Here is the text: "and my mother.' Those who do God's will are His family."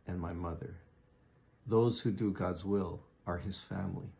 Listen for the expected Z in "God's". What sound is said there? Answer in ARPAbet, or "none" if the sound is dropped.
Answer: Z